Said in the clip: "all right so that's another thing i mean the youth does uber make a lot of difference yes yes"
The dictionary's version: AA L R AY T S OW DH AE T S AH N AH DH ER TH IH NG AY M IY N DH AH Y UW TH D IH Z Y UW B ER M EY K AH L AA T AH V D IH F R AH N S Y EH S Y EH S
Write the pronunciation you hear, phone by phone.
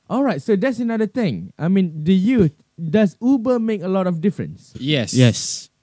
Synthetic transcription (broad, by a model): AA L R AY T S OW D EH T S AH N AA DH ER T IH NG AY M IY N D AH Y UW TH D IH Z UW B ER M EY K AH L AA T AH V D IH F R AH N S Y EH S Y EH S